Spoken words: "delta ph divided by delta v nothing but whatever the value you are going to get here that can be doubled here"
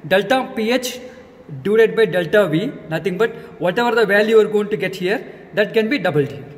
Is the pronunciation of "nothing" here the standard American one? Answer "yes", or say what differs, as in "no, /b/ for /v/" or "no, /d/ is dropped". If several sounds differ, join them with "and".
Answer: no, /t/ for /θ/